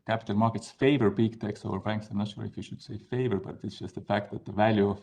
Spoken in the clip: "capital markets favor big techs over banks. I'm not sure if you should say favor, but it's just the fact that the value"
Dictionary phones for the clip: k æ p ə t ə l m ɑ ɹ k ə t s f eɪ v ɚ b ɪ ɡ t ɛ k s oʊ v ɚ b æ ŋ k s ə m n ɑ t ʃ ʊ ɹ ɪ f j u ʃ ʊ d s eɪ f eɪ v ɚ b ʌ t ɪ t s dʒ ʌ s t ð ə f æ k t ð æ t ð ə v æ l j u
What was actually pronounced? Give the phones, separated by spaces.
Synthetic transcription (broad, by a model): k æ p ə t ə l m ɑ ɹ k ə t s f eɪ v ɚ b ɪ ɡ t ɛ k s oʊ v ɚ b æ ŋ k s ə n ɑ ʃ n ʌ l ɪ f j u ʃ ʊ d s eɪ f eɪ v ɚ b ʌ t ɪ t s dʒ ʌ s t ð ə f æ k t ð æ t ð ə v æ l j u